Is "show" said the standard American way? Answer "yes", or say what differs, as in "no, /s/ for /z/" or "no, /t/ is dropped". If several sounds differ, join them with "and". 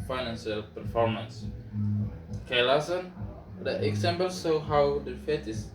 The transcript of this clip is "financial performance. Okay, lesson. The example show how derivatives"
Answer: no, /s/ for /ʃ/